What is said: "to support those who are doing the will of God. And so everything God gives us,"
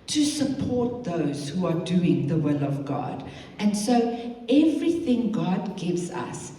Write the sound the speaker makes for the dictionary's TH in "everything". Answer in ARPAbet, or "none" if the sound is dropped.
TH